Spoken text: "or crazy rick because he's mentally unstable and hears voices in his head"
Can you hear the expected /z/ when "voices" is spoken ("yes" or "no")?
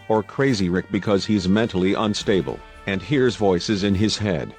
yes